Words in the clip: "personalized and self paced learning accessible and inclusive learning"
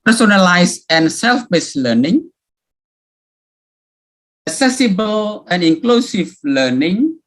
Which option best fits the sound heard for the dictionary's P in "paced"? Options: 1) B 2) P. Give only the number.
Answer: 1